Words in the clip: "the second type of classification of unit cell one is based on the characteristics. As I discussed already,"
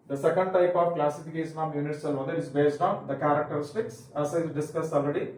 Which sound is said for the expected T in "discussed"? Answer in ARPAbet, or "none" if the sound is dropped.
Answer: none